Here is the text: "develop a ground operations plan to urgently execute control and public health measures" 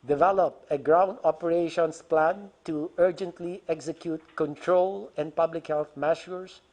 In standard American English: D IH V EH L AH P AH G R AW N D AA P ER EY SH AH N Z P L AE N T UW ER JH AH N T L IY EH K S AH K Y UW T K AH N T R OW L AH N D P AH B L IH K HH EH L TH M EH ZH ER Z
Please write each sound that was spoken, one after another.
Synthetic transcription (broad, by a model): D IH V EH L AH P AH G R AW N D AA P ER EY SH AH N S P L AE N T UW ER JH AH N T L IY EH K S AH K Y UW T K AH N T R OW L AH N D P AH B L IH K HH EH L TH M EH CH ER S